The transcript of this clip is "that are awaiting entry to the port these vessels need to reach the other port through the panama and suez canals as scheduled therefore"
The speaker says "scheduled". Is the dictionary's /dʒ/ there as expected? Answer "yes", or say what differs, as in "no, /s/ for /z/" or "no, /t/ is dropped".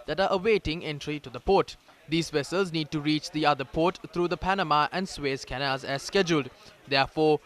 yes